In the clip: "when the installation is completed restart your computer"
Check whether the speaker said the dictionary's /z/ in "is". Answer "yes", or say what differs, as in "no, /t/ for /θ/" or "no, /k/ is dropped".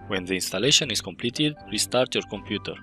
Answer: no, /s/ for /z/